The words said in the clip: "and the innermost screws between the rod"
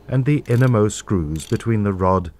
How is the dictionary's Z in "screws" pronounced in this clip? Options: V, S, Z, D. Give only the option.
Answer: Z